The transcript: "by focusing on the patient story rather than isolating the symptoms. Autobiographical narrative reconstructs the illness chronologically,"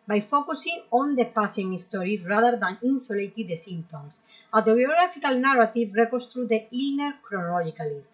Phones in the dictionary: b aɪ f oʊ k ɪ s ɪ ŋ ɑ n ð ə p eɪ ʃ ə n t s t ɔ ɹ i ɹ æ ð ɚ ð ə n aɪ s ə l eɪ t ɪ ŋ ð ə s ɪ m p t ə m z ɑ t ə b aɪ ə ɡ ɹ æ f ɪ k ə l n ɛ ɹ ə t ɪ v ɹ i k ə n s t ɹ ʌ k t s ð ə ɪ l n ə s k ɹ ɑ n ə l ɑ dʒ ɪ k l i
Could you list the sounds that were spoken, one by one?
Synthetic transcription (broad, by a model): b aɪ f oʊ k ɪ s ɪ ŋ ɑ n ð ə p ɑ s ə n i s t ɔ ɹ i ɹ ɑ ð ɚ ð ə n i s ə l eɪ t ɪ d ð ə s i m t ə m s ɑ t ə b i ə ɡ ɹ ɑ f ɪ k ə l n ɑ ɹ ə t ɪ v ɹ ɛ k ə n s t ɹ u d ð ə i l n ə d k ɹ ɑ n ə l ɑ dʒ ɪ k l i